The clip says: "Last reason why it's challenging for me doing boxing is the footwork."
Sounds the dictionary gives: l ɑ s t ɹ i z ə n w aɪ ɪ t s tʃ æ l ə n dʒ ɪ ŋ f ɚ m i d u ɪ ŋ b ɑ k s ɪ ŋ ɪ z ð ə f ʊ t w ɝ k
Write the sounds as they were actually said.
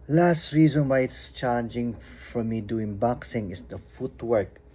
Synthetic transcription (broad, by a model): l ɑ s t ɹ i z ə n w aɪ ɪ t s tʃ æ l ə n dʒ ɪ ŋ f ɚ m i d u ɪ ŋ b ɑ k θ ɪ ŋ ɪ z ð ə f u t w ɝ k